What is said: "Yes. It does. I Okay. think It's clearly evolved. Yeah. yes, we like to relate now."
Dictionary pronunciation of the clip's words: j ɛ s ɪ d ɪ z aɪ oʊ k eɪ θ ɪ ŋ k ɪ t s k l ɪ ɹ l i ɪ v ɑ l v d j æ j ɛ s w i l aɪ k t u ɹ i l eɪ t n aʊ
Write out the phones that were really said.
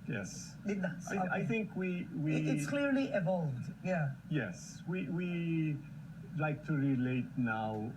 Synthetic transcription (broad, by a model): j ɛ s ɪ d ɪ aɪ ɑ ɪ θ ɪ ŋ k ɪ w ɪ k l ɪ ɹ l i ɪ v ɑ l v d j æ j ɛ s w i l aɪ k t u ɹ i l eɪ t n aʊ